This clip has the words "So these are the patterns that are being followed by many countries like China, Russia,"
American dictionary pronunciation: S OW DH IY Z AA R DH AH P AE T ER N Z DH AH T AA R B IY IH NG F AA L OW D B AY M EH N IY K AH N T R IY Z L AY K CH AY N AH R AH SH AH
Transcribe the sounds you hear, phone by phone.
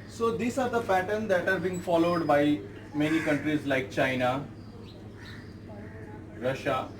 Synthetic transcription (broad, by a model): S OW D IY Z AA R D AH F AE T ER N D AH T AA R B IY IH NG F AA L OW D B AY M EH N IY K AH N T R IY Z L AY K CH AY N AH R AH SH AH